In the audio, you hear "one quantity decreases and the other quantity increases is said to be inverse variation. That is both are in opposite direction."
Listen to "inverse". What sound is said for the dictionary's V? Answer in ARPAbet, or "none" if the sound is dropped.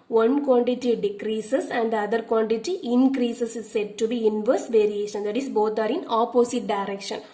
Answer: V